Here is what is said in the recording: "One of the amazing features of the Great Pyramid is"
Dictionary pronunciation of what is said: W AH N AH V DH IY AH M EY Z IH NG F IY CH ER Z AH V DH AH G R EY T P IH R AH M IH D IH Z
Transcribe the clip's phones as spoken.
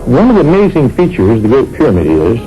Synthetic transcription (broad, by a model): W AH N AH V DH IY AH M EY Z IH NG F IY CH ER Z DH AH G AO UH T P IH R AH M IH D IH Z